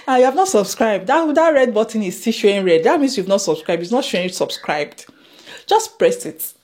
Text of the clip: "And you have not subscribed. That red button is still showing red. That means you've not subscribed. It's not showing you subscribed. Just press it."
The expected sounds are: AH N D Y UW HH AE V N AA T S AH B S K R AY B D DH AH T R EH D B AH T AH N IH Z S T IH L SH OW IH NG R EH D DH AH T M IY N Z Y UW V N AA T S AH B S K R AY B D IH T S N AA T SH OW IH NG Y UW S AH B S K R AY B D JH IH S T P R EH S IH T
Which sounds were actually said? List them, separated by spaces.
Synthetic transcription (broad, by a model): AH Y UW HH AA V N AA T S AH B S K R AY B D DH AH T R EH D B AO T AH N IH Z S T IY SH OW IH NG R EH D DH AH T M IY N S Y UW V N AA T S AH B S K R AY B D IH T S N AA T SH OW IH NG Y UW S AH B S K R AY B D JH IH S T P R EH S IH T